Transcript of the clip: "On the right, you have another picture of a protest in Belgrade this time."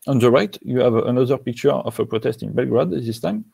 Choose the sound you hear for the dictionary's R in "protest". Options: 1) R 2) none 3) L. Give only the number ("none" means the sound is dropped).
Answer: 1